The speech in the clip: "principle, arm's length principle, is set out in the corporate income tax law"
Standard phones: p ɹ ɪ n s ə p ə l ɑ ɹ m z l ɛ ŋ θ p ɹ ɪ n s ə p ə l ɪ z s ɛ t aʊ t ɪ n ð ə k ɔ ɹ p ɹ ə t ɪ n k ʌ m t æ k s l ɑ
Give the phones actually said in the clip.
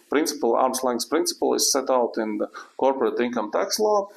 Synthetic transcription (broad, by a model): p ɹ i n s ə p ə l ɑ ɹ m s l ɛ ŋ s p ɹ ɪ n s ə p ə l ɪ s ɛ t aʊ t ɪ n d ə k ɔ ɹ p ɹ ə t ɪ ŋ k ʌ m t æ k s l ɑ